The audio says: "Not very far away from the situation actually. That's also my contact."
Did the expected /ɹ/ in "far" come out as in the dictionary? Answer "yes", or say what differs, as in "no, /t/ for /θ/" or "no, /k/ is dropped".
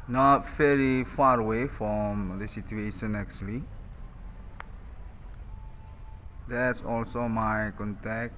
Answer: yes